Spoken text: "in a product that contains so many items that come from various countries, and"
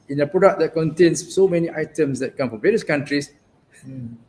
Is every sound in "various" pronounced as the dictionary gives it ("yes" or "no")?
yes